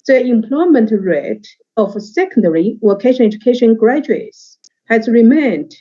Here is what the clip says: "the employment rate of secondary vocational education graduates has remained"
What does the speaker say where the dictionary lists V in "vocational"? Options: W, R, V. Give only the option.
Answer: W